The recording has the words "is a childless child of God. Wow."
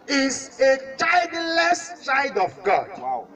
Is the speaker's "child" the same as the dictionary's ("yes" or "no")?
no